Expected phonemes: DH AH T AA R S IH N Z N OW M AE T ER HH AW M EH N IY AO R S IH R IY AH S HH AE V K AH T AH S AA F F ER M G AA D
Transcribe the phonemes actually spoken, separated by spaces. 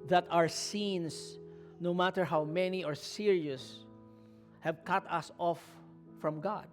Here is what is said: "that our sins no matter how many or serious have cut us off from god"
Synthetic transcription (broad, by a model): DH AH T AA R S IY N S N OW M AE T ER HH AW M EH N IY AO R S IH R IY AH S HH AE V K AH T AH S AA F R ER M G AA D